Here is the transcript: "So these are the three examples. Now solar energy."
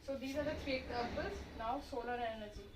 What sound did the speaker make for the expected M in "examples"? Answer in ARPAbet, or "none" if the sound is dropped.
none